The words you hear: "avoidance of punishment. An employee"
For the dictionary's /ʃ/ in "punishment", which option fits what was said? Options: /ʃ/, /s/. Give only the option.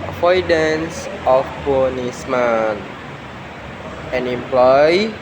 /s/